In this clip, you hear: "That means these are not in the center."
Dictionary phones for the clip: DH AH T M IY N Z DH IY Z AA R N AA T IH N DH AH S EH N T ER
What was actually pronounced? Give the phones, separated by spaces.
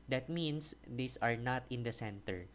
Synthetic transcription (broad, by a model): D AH T M IY N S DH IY S AA R N AA T IH N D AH S EH N T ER